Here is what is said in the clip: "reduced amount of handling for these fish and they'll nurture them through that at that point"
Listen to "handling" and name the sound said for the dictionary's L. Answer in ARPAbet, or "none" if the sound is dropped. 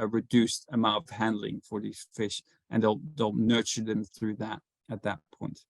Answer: L